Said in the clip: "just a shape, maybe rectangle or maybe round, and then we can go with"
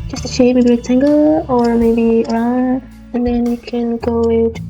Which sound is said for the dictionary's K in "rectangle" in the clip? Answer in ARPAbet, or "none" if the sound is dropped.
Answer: none